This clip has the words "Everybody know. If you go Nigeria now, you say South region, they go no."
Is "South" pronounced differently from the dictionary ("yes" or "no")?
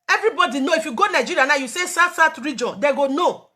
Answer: yes